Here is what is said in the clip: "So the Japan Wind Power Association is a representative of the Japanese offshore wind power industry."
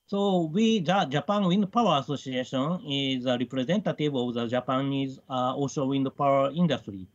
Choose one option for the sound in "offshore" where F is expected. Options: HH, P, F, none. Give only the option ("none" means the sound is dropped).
none